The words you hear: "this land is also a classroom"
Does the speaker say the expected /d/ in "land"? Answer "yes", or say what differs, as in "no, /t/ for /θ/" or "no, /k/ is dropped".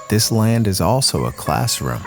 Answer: yes